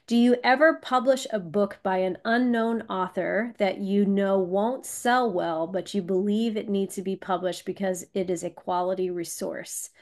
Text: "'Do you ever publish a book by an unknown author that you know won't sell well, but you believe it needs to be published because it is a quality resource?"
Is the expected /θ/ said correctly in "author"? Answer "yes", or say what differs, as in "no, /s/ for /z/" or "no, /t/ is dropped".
yes